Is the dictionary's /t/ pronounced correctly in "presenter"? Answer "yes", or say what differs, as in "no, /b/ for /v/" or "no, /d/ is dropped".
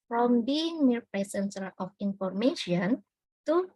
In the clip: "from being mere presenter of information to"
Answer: no, /s/ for /t/